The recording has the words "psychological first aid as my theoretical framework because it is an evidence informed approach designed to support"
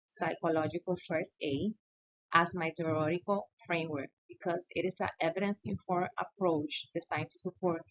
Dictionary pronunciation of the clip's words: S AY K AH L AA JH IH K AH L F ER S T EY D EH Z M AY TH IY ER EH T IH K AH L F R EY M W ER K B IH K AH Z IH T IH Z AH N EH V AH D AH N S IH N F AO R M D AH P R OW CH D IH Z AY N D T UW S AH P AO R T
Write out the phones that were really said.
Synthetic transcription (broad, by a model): S AY K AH L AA JH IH K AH L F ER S EY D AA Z M AY T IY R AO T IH K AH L F R EY M W ER K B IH K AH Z IH T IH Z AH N EH V AH D AH N S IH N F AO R AH P R OW CH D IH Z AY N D T UW S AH P AO R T